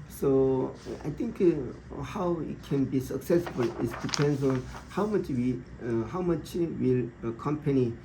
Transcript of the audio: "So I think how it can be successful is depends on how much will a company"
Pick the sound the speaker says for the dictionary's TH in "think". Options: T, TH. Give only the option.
T